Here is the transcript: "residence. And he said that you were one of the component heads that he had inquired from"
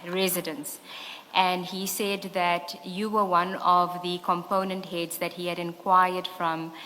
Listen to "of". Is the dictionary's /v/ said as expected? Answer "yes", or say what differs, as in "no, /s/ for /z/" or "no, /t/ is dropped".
yes